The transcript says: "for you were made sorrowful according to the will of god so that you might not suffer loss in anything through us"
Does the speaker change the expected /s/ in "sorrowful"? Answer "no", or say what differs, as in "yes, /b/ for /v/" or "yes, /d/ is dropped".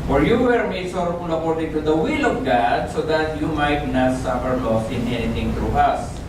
yes, /ʃ/ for /s/